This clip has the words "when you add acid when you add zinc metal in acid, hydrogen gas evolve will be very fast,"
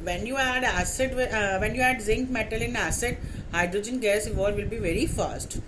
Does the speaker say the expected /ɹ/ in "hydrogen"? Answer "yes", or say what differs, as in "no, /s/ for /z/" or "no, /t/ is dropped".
yes